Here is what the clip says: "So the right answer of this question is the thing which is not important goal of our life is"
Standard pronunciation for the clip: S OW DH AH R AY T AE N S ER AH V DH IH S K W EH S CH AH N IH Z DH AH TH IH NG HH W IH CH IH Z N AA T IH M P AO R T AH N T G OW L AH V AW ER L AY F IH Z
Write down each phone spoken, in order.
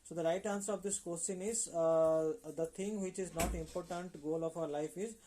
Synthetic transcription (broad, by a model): S OW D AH R AY T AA N S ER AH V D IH S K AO S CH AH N IH Z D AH T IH NG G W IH CH IH Z N AA T IH M P AO R T AH N T G OW L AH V AW ER L AY F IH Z